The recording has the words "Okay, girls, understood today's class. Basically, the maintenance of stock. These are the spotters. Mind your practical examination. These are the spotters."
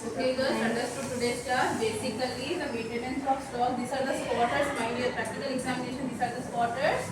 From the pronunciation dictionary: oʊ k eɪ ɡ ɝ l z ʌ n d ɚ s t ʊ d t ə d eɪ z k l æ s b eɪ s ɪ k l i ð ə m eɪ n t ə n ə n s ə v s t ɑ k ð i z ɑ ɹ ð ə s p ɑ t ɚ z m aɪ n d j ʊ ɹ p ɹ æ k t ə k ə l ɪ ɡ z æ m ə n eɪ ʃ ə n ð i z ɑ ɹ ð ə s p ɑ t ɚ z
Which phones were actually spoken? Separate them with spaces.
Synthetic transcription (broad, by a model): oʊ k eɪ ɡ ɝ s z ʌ n d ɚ s t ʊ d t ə d eɪ k ɑ b eɪ s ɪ k l i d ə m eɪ t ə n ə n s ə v s t ɑ k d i s ɑ ɹ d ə s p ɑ t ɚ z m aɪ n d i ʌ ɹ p ɹ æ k t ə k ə l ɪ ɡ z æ m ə n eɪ ʃ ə n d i s ɑ ɹ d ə s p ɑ t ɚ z